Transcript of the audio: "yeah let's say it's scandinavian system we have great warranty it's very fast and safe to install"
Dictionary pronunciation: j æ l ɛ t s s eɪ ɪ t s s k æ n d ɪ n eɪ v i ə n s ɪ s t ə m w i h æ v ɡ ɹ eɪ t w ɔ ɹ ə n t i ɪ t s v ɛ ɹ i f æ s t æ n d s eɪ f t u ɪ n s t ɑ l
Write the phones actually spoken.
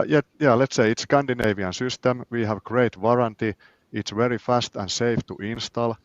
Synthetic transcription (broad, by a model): j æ l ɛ t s s eɪ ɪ t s s k æ n d ɪ n eɪ v i ə n s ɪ s t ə m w i h æ v ɡ ɹ eɪ t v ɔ ɹ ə n t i ɪ t s v ɛ ɹ i f æ s t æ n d s eɪ f t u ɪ n s t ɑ l